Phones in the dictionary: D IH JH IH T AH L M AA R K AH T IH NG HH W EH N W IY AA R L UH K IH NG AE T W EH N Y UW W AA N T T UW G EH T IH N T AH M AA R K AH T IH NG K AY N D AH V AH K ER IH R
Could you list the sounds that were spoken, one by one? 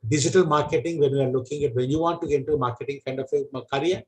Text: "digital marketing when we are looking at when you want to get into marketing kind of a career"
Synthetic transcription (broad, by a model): D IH JH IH T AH L M AA R K AH T IH NG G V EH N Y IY AA R L UH K IH NG AE T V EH N Y UW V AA N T T UW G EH IH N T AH M AA R K AH T IH NG K AY N D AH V AH K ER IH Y